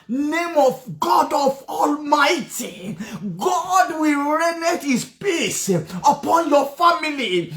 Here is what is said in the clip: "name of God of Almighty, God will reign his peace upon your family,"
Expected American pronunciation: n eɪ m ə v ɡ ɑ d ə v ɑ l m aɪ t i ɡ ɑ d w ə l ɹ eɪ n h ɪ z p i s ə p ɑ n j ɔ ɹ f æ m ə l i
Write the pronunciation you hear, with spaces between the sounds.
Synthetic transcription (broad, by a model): n eɪ m ə v ɡ ɑ d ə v ɑ l m aɪ t i ɡ ɑ d w ə l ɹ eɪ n h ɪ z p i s ə p ɑ n j ɔ f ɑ m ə l i